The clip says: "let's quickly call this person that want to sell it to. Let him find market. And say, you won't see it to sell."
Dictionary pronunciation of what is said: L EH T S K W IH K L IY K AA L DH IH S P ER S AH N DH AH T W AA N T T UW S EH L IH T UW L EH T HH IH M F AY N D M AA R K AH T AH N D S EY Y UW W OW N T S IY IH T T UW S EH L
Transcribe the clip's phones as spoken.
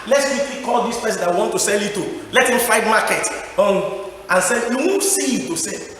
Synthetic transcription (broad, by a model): L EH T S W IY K IY K AA L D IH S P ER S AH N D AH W W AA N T T UW S EH L IH T UW L EH T HH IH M F AY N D M AA K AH T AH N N S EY Y UW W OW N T S IY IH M T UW S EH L